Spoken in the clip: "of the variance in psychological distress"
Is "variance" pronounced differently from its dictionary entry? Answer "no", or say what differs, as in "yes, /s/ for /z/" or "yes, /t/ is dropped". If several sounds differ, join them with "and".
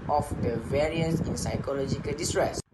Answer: yes, /n/ is dropped